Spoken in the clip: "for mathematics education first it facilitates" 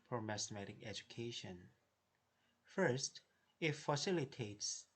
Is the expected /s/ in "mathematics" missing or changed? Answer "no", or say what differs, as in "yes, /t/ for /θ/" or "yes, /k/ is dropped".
yes, /s/ is dropped